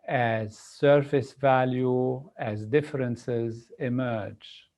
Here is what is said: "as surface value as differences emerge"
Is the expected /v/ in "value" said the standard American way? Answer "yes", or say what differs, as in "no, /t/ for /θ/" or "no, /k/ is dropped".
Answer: yes